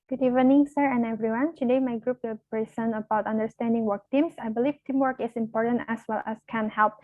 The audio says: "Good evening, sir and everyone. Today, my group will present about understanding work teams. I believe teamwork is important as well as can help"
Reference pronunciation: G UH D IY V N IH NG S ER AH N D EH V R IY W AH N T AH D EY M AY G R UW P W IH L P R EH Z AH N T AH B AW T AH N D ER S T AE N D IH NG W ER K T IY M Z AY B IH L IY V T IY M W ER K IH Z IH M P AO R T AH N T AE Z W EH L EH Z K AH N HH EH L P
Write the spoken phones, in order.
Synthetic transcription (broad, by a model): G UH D IY V N IH NG S ER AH N EH V R IY W AH N T AH D EY M AY G R UW P W IH L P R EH S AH N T AH B AW T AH N D ER S T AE N D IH NG W ER K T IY M S AY B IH L IY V T IY M W ER K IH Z IH M P AO R T AH N T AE S W EH L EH S K AH N HH EH L P